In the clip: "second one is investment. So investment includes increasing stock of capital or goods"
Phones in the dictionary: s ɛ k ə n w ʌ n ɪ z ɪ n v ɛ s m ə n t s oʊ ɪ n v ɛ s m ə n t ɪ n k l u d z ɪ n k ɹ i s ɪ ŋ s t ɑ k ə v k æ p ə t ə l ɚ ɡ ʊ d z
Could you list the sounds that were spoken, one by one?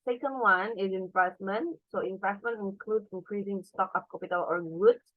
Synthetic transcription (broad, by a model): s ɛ k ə n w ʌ n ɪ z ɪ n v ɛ s m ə n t s oʊ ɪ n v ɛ s m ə n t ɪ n k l u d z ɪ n k ɹ i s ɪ ŋ s t ɑ k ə p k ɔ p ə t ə l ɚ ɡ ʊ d